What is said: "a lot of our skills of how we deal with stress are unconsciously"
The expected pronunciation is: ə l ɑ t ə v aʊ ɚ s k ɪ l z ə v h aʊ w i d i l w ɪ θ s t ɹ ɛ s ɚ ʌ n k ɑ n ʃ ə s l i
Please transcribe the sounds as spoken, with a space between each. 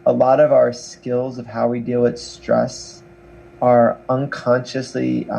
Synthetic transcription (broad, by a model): ə l ɑ t ə v aʊ ɚ s k ɪ l z ə v h aʊ w i d i l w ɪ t s t ɹ ɛ s ɚ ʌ n k ɑ n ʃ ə s l i